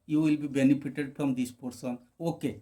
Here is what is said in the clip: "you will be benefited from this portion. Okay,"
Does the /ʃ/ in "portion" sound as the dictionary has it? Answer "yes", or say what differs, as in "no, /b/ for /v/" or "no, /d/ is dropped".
no, /s/ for /ʃ/